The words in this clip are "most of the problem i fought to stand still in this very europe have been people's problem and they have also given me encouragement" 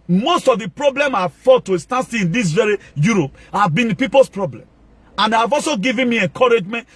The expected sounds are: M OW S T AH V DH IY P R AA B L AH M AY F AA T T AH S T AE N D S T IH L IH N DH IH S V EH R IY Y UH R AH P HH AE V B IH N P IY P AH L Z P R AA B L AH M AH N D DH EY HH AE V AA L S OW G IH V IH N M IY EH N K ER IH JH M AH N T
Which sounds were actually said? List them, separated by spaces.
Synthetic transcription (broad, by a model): M OW S T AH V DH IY P R AA B L AH M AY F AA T T AH S T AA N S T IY IH N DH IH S V EH R IY Y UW R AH P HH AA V B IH N P IY P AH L S P R AA B L AH M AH N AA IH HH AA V AA L S OW G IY V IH N M IY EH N K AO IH JH M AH N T